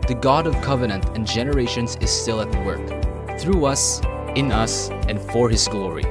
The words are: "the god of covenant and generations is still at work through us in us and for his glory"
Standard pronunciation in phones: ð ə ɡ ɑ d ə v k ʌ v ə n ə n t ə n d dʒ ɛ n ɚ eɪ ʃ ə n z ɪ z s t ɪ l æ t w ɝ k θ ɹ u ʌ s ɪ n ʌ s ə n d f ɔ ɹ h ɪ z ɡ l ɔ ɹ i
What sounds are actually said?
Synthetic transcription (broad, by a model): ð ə ɡ ɑ d ə v k ʌ v ə n ə n t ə n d dʒ ɛ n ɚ eɪ ʃ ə n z ɪ z s t ɪ l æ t w ɝ k θ ɹ u ʌ s ɪ n ʌ s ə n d f ɔ ɹ h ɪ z ɡ l ɔ ɹ i